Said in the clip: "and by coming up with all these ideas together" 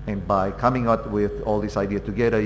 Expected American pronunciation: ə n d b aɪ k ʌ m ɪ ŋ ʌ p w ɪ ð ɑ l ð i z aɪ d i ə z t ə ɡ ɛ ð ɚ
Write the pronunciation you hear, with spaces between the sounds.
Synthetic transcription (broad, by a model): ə n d b aɪ k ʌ m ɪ ŋ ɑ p w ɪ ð ɑ l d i s aɪ d i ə t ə ɡ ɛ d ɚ